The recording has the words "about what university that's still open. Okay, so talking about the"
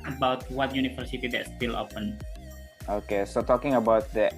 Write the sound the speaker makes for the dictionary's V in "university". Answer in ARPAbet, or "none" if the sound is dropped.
F